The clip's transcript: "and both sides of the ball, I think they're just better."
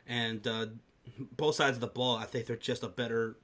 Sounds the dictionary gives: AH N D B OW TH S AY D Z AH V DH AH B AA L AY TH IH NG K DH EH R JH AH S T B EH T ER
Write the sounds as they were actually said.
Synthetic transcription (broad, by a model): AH N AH B OW TH S AY D Z AH V DH AH B AA L AY TH IH NG K DH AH R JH AH S T B EH T ER